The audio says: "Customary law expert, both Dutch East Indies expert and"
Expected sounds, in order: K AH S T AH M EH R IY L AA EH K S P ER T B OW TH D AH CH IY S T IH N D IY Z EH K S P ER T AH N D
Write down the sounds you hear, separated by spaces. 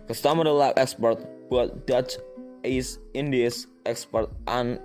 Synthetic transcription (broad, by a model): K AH S T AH M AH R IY L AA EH K S P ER T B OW T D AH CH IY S IH N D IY S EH K S P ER T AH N